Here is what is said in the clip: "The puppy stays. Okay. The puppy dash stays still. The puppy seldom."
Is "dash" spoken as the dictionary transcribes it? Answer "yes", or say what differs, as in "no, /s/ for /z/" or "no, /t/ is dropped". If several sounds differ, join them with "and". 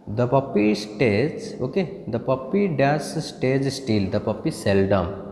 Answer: no, /s/ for /ʃ/